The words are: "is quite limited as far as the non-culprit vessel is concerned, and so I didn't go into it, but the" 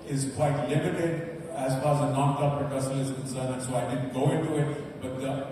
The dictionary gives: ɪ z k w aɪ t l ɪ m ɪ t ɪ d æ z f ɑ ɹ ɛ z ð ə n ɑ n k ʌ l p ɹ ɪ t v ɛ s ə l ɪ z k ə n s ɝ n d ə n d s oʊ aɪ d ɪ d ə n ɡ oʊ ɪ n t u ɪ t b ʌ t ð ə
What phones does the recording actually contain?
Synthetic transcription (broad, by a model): ɪ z k w aɪ t l ɪ m ɪ t ɪ d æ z f ɑ ɹ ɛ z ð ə n ɑ n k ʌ p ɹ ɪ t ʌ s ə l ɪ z k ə n s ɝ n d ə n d s oʊ aɪ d ɪ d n ɡ oʊ ɪ n t u ɪ t b ʌ t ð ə